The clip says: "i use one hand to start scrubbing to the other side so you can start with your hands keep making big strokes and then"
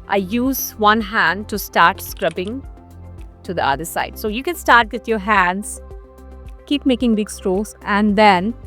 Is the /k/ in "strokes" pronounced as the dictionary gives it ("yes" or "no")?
no